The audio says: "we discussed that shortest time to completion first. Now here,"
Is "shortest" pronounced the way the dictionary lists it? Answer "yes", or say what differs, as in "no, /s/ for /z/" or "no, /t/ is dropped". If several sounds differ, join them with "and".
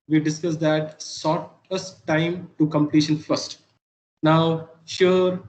no, /s/ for /ʃ/